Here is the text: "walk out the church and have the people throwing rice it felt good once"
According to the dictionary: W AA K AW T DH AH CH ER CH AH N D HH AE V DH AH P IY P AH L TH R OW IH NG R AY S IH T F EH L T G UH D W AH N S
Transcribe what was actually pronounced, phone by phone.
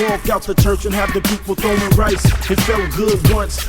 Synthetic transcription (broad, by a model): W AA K AW T DH AH CH ER CH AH N HH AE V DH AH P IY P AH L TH OW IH R AY S IH T F EH L T G UH D W AH N S